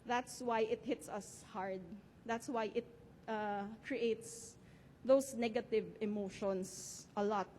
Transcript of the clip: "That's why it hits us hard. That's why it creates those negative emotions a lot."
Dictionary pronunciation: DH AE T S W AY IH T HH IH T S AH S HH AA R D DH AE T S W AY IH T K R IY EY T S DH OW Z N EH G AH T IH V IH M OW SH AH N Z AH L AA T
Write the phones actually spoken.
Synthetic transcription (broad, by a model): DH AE T S W AY IH T HH IH T S AH S HH AA R D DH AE T S W AY IH T K R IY EY T S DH OW S N EH G AH T IH V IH M OW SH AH N S AH L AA T